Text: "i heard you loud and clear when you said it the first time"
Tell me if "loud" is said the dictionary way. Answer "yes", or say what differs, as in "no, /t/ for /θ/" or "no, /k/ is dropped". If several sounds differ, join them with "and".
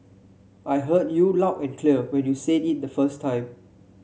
no, /d/ is dropped